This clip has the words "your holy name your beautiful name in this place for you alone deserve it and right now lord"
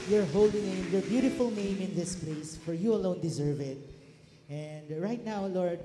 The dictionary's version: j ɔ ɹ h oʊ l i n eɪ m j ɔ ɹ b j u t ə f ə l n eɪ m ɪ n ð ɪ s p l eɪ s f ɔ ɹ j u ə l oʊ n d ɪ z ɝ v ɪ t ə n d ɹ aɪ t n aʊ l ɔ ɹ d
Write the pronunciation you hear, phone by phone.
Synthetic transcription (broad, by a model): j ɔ ɹ h oʊ l i n eɪ m j ɔ ɹ b j u t ə f ə l n eɪ m ɪ n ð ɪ s p l eɪ s f ɔ ɹ j u ə l oʊ n d ɪ z ɝ v ɪ t ə n d ɹ aɪ t n aʊ l ɔ ɹ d